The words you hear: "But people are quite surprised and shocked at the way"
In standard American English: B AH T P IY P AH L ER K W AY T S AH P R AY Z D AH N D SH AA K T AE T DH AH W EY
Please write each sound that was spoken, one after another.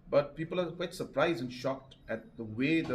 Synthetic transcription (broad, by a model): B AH T P IY P AH L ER K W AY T S AH P R AY Z D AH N SH AA K T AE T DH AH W EY